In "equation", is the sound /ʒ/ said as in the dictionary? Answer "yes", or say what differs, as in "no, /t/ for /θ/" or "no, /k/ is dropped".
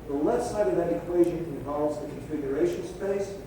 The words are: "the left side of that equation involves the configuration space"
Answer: yes